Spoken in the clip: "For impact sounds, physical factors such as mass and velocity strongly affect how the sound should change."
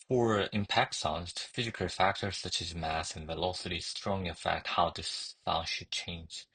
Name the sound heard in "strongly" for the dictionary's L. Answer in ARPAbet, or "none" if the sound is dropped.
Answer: none